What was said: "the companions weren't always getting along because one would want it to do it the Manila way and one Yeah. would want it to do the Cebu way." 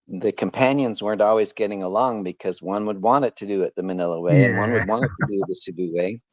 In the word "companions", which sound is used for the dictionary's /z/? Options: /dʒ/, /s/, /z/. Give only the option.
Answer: /z/